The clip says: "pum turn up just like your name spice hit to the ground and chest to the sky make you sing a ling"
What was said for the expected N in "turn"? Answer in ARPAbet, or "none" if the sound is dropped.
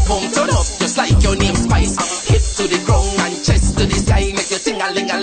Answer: none